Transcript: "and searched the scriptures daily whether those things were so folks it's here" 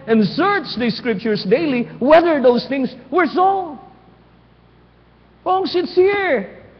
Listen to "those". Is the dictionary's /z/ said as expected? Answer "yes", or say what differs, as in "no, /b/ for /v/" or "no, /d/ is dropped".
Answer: no, /s/ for /z/